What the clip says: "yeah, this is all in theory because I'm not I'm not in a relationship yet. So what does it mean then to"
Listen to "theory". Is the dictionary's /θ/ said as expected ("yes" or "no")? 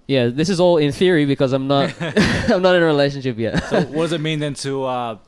yes